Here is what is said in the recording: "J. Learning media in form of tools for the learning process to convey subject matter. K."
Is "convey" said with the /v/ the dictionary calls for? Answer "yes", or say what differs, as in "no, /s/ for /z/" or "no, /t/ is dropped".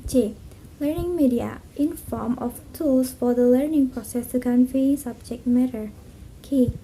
no, /f/ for /v/